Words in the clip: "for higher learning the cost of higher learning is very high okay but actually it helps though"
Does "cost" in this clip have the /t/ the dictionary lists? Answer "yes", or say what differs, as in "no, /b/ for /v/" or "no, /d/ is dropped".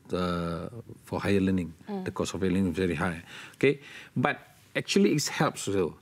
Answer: no, /t/ is dropped